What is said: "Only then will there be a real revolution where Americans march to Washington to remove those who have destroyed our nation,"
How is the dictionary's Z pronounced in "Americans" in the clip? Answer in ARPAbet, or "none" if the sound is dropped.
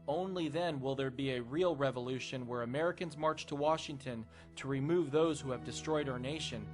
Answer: Z